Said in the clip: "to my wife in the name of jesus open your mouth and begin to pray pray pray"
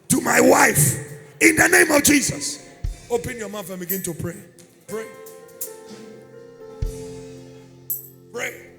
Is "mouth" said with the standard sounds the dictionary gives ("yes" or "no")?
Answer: no